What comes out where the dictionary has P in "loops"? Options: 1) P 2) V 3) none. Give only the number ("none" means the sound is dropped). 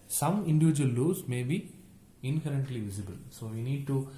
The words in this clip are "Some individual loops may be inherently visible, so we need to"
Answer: 3